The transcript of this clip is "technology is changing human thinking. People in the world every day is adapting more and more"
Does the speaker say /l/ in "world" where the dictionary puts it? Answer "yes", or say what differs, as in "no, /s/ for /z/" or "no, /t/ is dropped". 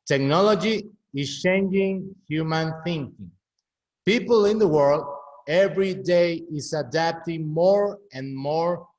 yes